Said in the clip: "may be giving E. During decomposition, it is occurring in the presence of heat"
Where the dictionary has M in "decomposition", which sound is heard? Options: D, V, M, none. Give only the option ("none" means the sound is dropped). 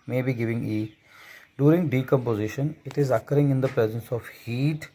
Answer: M